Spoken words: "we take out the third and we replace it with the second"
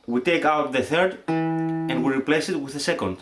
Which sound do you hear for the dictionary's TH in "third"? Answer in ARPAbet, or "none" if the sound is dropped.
TH